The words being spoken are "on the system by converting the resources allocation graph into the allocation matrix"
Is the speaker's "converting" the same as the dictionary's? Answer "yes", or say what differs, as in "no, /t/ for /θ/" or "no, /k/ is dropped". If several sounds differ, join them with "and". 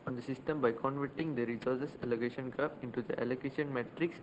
yes